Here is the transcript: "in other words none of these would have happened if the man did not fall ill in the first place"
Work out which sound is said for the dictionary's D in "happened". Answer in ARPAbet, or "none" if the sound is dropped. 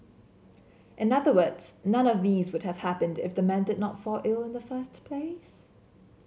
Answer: D